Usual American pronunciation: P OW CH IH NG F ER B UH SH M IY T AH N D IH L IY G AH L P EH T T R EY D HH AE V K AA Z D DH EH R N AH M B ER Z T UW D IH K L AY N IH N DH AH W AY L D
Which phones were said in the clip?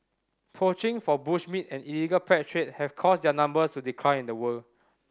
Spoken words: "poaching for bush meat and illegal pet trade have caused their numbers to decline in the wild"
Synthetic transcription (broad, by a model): P OW CH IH NG F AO B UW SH M IY T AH N IH L IY G AH L P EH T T R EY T HH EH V K AA S D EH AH N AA M B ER S T UW D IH K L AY IH N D AH W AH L